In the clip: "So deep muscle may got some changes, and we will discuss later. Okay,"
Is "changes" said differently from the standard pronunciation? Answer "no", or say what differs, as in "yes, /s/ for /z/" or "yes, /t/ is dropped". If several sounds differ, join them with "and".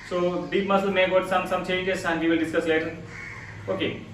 yes, /n/ is dropped and /s/ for /z/